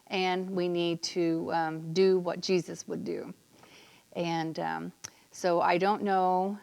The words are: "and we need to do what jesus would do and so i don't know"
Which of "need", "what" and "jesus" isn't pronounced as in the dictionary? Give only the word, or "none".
none